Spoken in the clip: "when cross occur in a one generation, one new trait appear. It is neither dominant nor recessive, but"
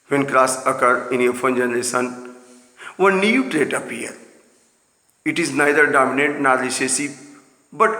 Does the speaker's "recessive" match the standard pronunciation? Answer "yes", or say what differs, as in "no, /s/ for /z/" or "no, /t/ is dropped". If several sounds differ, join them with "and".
no, /l/ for /ɹ/ and /b/ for /v/